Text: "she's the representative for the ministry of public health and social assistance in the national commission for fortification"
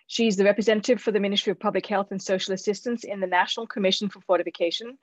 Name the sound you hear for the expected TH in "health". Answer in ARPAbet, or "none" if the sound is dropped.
TH